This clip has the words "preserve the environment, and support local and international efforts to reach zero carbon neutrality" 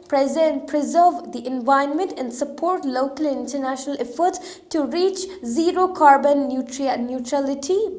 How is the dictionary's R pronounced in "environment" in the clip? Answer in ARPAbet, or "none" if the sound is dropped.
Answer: none